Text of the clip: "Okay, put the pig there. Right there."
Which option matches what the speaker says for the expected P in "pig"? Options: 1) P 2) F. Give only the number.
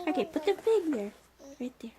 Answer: 2